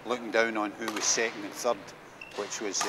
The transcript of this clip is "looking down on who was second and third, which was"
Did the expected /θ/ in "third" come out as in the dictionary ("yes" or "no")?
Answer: yes